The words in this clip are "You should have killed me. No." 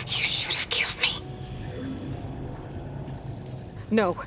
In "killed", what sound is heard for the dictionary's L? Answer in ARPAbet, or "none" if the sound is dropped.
L